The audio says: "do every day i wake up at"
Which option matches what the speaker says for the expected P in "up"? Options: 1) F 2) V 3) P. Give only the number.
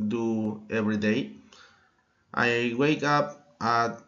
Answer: 3